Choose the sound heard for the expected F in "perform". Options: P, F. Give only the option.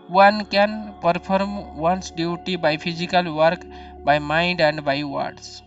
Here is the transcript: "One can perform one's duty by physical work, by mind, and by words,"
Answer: P